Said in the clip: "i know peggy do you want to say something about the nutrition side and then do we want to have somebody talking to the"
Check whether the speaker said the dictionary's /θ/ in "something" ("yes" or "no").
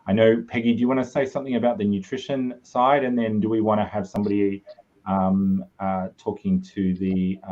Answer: yes